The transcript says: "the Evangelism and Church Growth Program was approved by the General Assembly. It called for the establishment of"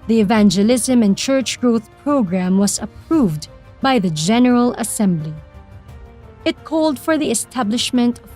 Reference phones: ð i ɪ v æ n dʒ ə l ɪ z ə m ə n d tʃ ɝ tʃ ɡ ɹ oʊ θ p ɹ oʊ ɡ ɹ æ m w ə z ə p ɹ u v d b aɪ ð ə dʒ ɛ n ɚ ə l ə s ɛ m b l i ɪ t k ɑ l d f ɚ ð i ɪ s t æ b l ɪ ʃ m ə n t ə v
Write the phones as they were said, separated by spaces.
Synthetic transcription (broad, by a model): ð i ɪ v æ n dʒ ə l ɪ z ə m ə n tʃ ɝ tʃ ɡ ɹ oʊ θ p ɹ oʊ ɡ ɹ æ m w ə z ə p ɹ u v d b aɪ ð ə dʒ ɛ n ɚ ə l ə s ɛ m b l i ɪ t k ɑ l d f ɚ ð i ɪ s t æ b l ɪ ʃ m ə n t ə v